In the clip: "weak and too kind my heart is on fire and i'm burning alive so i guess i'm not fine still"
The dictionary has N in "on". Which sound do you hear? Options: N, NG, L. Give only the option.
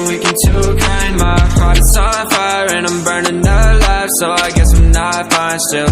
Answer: L